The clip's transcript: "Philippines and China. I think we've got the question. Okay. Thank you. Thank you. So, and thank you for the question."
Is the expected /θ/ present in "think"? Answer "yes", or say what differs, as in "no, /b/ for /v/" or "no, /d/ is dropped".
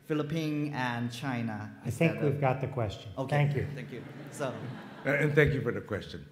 yes